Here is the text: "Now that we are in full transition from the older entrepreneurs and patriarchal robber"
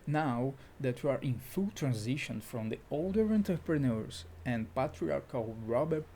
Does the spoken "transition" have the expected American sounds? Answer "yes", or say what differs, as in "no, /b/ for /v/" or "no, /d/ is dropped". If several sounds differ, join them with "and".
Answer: yes